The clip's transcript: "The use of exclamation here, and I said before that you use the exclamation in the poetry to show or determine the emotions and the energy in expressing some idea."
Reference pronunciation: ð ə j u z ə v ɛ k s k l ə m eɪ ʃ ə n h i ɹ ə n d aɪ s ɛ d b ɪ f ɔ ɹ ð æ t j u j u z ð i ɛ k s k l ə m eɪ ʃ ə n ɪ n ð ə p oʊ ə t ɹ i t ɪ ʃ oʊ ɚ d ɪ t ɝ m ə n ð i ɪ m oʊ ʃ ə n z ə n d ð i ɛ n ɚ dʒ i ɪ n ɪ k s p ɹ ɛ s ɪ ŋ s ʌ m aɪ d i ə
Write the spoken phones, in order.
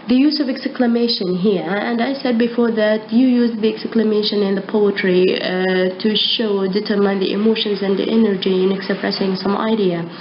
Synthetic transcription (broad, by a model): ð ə j u z ə v ɛ k s k l ə m eɪ ʃ ə n h i ɹ ə n d aɪ s ɛ d b ɪ f ɔ ɹ ð æ t j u j u z ð i ɛ k s k l ə m eɪ ʃ ə n ɪ n ð ə p oʊ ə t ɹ i t ɪ ʃ oʊ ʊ d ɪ t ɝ m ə n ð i ɪ m oʊ ʃ ə n z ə n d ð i ɛ n ɚ dʒ i ɪ n ɪ k s p ɹ ɛ s ɪ ŋ s ʌ m aɪ d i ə